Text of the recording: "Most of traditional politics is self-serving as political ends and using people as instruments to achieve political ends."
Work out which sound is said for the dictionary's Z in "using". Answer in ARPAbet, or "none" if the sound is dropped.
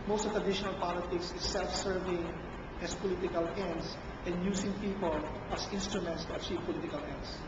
S